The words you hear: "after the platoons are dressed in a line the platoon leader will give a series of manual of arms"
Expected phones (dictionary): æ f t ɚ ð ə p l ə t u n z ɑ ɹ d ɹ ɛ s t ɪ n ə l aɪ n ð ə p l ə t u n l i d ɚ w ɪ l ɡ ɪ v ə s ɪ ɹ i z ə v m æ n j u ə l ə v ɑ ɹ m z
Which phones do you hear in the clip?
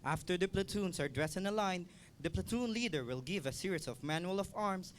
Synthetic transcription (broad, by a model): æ f t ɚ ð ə p l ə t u n s ɑ ɹ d ɹ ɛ s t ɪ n ə l aɪ n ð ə p l ə t u n l i d ɚ w ɪ l ɡ ɪ v ə s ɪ ɹ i s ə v m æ n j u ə l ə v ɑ ɹ m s